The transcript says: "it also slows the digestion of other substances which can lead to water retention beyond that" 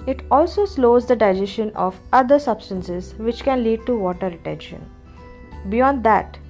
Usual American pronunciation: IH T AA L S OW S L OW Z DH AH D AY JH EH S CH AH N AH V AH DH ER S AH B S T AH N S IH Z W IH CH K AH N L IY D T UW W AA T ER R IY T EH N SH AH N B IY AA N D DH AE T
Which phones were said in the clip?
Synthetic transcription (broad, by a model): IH T AA L S OW S L OW Z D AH D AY JH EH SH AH N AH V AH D ER S AH B S T AH N S IH Z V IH CH K AH N L IY D T UW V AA T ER R IY T EH N SH AH N B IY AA N D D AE T